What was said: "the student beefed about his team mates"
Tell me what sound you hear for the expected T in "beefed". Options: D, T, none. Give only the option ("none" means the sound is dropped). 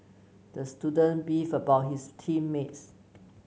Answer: none